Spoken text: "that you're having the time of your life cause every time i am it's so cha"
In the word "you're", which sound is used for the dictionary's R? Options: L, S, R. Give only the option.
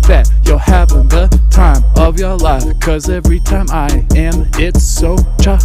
L